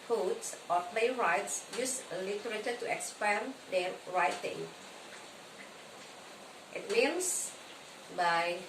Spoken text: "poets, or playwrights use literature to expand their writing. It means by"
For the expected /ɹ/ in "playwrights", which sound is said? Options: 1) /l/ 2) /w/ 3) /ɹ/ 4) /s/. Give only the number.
3